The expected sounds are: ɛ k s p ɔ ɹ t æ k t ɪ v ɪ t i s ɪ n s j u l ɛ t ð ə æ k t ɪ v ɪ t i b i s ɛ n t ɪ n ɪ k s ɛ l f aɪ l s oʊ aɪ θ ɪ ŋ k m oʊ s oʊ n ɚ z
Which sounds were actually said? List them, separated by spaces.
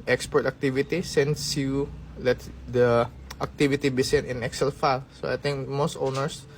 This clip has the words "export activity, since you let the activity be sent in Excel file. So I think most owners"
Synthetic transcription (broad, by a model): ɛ k s p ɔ ɹ t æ k t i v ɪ t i s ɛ n s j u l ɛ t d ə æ k t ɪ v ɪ t i b i s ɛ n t ɪ n ɪ k s ɛ l f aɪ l s oʊ aɪ t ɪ ŋ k m oʊ s oʊ n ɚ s